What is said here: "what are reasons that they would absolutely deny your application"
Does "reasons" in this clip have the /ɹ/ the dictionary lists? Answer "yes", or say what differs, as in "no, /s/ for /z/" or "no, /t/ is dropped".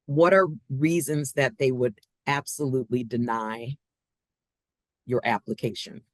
yes